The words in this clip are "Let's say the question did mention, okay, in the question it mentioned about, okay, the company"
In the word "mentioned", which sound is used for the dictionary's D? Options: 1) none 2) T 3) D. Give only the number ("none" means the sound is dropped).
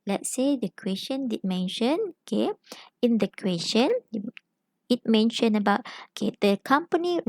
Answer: 1